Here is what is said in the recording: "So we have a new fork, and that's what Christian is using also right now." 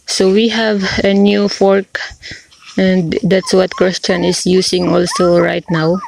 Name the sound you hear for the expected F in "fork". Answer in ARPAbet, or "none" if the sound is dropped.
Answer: F